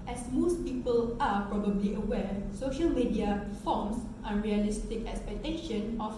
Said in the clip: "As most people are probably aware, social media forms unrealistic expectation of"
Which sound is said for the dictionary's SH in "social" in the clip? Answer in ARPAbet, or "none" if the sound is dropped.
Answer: SH